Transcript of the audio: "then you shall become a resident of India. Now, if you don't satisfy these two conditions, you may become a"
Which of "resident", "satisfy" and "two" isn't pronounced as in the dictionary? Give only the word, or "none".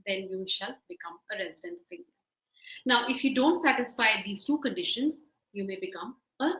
none